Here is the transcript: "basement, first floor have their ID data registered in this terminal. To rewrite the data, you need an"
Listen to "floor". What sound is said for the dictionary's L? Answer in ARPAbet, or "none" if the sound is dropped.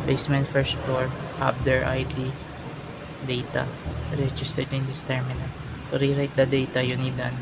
none